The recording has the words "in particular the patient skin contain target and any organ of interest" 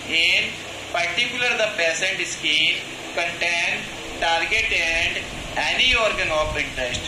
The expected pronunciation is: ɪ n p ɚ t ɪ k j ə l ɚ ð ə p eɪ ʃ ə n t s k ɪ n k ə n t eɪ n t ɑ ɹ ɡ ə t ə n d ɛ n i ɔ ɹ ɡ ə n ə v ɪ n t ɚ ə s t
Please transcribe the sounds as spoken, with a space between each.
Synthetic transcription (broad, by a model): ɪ n p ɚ t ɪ k j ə l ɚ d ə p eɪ s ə n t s k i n k ə n t eɪ n t ɑ ɹ ɡ ə t ə n d ɛ n i ɔ ɹ ɡ ə n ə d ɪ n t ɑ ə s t